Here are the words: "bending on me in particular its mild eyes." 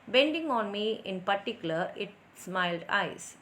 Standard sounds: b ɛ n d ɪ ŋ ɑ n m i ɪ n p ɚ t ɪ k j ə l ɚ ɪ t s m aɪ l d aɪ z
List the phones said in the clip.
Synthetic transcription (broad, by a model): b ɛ n d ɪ ŋ ɑ n m i ɪ n p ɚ t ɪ k j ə l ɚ ɪ t s m aɪ l d aɪ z